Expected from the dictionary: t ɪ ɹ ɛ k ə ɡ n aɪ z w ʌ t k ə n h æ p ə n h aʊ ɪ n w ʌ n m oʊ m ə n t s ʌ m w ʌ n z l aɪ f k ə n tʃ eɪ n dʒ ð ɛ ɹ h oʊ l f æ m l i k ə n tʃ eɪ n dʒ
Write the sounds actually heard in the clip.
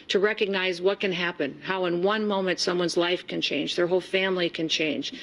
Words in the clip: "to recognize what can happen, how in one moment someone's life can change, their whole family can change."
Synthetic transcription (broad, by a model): t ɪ ɹ ɛ k ə ɡ n aɪ z w ʌ t k ə n h æ p ə n h aʊ ɪ n w ʌ n m oʊ m ə n t s ʌ m w ʌ n z l aɪ f k ə n tʃ eɪ n dʒ ð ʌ ɹ h oʊ l f æ m l i k ə n tʃ eɪ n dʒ